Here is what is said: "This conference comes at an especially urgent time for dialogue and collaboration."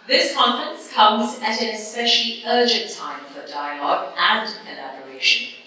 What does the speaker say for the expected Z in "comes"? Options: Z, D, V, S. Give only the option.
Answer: Z